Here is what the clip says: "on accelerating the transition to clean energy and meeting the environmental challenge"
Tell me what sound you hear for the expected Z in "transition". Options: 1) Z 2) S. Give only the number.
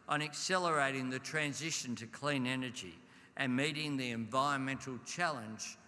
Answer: 1